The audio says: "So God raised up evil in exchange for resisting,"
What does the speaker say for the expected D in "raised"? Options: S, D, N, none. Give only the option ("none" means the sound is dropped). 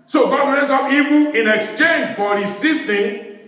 none